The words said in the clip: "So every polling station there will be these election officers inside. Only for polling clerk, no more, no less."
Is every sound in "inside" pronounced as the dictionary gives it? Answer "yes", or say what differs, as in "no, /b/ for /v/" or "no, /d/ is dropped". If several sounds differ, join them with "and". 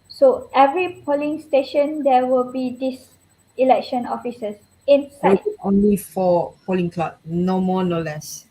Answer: no, /d/ is dropped